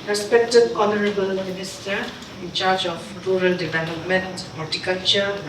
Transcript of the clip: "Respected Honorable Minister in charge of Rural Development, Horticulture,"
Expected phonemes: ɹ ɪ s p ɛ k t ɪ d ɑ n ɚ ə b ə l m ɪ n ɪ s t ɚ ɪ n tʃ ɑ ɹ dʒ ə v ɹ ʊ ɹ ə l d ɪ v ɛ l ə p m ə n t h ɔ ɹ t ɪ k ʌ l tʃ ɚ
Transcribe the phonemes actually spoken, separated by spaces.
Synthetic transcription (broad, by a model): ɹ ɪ s p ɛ k t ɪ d ɑ n ɚ ə b ə l m ɪ n ɪ s t ɚ ɪ n tʃ ɑ ɹ dʒ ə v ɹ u ɹ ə l d ɪ v ɛ l ə p m ə n t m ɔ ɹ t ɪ k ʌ l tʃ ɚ